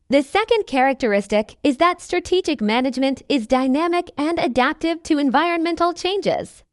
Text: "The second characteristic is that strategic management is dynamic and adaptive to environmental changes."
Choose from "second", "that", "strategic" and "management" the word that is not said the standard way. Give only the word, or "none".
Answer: none